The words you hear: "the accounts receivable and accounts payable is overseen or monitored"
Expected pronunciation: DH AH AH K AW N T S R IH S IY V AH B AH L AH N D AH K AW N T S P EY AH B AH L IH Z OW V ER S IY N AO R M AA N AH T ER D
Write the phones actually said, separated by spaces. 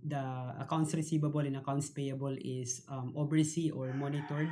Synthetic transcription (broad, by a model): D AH AH K AW N T S R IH S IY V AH B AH L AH N AH K AW N T S P EY AH B AH L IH S OW B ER S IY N AO R M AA N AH T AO D